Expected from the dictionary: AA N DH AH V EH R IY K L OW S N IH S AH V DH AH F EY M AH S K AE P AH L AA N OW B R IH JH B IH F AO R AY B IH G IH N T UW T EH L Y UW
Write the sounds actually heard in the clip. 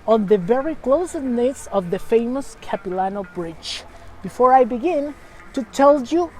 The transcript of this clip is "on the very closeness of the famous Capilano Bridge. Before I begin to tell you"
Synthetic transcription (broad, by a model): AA N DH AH V EH R IY K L OW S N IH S AH V DH AH F EY M AH S K AE P AH L AA N OW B R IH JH B IH F AO R AY B IH G IH N T UW T EH L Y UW